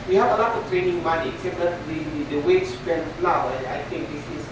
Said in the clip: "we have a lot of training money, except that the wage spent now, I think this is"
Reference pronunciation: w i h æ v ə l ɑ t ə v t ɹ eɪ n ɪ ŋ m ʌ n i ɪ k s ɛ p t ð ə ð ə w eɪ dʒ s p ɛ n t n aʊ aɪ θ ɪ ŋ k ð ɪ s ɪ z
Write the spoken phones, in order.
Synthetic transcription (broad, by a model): w i h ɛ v ə l ɑ t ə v t ɹ eɪ n ɪ ŋ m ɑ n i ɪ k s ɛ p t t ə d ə w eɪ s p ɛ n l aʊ aɪ t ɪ ŋ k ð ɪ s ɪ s